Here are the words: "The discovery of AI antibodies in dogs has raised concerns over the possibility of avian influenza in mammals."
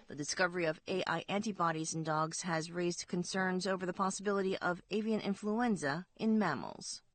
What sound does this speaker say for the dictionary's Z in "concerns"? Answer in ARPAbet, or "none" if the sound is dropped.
Z